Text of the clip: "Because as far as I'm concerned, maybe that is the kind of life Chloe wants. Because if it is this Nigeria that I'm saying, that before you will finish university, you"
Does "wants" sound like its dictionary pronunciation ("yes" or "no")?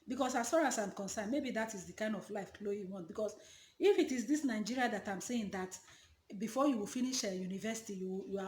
no